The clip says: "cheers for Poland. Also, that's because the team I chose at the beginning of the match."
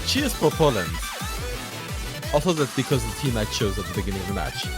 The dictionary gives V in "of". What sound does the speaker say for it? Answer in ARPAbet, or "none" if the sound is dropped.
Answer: V